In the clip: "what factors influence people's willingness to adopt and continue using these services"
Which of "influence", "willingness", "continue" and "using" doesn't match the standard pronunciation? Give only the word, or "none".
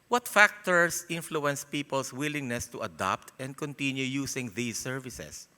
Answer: using